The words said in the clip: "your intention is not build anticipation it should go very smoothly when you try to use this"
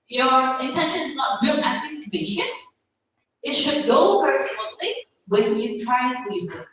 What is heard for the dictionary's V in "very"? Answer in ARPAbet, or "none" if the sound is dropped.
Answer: P